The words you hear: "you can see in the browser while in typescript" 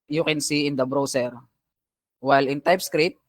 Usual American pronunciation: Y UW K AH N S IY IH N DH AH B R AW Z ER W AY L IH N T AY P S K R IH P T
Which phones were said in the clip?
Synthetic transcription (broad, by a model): Y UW K AH N S IY IH N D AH B R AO S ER W AY L IH N T AY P S K R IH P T